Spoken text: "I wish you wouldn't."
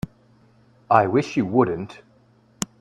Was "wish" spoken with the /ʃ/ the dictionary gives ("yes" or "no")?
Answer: yes